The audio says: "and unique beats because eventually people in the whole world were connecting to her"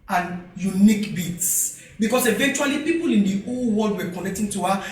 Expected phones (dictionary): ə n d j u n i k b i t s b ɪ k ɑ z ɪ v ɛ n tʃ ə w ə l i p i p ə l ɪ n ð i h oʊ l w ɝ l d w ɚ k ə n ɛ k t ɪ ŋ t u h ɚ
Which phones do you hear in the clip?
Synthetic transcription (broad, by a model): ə n j u n i k b i t s b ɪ k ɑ s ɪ v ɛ n tʃ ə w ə l i p i p ə l ɪ n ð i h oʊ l w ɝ l d w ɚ k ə n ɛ k t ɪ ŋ t u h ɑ